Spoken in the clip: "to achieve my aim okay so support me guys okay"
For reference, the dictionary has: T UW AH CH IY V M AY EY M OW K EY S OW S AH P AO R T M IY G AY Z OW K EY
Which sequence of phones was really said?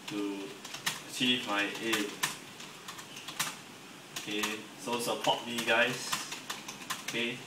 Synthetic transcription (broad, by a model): T UW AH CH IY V M AY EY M OW K EY S OW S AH P AO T M IY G AY S OW K EY